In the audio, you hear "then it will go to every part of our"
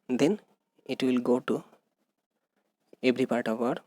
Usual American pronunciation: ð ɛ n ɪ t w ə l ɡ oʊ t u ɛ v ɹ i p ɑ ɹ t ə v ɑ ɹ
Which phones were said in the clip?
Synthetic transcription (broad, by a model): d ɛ n ɪ t w ə l ɡ oʊ t u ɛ b ɹ i p ɑ ɹ t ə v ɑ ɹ